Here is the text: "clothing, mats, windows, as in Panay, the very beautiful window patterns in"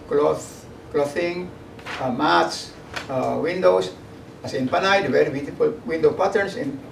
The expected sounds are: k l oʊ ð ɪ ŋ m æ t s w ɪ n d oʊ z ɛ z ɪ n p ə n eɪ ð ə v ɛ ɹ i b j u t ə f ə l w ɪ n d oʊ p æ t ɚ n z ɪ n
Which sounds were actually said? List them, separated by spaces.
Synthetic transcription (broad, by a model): k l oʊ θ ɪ ŋ m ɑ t s w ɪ n d oʊ s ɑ s ɪ n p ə n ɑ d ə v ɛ ɹ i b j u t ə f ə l w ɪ n d oʊ p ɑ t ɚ n s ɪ n